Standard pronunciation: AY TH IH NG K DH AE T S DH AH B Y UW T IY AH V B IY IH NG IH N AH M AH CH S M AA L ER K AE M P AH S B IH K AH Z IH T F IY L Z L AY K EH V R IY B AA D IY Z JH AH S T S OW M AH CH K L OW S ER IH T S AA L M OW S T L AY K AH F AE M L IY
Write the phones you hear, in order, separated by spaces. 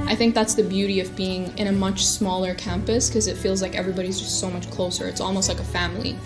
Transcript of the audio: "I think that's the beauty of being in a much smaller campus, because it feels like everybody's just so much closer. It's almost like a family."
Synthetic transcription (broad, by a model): AY TH IH NG K DH AE T S DH AH B Y UW T IY AH V B IY IH NG IH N AH M AH CH S M AA L ER K AE M P AH S K AH Z IH T F IY L Z L AY K EH V R IY B AA D IY Z JH AH S T S OW M AH CH K L OW S ER IH T S AA L M OW S T L AY K AH F AE M L IY